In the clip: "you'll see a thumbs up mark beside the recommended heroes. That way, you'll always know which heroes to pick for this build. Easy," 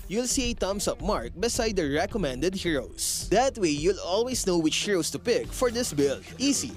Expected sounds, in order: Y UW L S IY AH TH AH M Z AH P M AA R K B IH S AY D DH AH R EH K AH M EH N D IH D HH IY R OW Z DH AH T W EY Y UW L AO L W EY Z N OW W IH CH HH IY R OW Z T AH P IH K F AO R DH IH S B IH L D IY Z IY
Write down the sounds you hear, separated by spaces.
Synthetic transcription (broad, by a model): Y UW L S IY AH T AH M S AH P M AA R K B IH S AY D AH R EH K AH M EH N D IH D HH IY R OW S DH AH T W EY Y UW L AO L W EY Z N OW W IH CH HH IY R OW S T AH P IH K F AO R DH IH S B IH L IY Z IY